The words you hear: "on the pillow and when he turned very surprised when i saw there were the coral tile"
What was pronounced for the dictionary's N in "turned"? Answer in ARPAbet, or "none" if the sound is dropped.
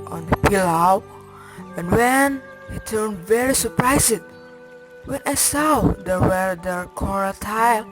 N